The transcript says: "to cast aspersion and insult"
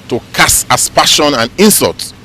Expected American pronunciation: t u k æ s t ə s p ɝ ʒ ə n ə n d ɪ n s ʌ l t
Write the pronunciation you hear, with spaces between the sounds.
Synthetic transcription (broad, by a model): t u k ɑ s ə s p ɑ ʃ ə n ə n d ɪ n s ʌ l t